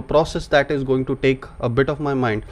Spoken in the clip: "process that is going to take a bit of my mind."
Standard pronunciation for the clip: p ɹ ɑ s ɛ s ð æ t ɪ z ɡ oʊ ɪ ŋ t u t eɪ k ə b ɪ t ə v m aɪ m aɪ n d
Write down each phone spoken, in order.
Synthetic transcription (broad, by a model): p ɹ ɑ s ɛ s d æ t ɪ z ɡ oʊ ɪ ŋ t u t eɪ k ə b ɪ t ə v m aɪ m aɪ n d